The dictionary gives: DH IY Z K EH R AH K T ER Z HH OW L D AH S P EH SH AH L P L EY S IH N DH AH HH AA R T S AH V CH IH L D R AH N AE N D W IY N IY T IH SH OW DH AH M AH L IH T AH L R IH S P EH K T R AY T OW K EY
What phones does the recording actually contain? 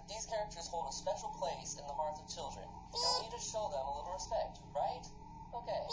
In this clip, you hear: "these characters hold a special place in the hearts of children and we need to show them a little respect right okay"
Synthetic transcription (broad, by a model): DH IY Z K EH R AH K T ER Z HH OW L D AH S P EH SH L P L EY S IH N DH AH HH AA R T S AH V CH IH L D R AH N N N IY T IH SH OW DH AH M AH L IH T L R IH S P EH K T R AY T OW K EY